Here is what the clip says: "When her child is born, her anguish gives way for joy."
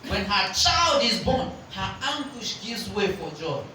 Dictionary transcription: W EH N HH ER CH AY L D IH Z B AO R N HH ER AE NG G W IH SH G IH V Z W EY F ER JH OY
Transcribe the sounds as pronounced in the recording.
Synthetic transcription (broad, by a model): W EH N HH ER CH AY L D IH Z B AO N HH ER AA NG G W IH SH G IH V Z W EY F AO JH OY